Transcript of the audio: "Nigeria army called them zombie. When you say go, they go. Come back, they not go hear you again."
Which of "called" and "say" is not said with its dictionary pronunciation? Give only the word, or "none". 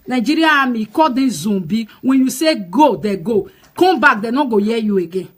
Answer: called